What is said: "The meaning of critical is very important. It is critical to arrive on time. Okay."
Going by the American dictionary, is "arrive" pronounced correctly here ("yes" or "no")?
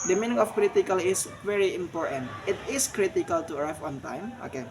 no